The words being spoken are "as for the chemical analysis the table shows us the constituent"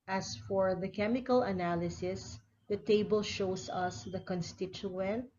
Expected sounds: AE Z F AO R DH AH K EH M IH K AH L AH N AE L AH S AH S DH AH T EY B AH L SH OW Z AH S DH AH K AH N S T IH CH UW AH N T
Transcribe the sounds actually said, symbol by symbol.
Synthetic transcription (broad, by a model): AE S F AO R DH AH K EH M IH K AH L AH N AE L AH S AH S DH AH T EY B AH L SH OW S AH S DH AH K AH N S T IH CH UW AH N T